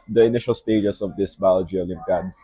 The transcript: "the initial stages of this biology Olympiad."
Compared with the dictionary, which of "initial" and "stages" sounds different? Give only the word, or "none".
stages